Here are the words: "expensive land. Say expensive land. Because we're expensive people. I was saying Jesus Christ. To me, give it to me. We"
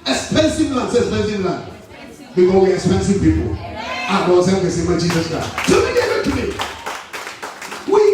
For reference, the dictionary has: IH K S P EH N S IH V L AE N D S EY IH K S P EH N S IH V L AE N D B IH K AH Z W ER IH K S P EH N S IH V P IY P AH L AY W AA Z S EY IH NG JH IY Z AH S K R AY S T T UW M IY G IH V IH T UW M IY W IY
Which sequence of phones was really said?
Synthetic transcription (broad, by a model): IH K S P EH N S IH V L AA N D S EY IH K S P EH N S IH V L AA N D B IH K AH W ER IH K S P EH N S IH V P IY P AH L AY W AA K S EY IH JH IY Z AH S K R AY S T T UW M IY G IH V IH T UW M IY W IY